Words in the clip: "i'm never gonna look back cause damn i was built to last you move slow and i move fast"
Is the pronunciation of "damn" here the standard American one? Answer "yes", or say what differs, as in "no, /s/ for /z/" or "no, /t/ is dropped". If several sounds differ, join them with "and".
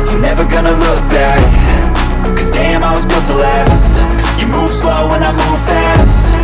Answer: yes